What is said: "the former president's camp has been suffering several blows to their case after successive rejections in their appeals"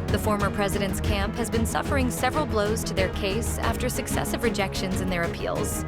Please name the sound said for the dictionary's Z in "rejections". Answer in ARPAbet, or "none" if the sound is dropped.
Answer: Z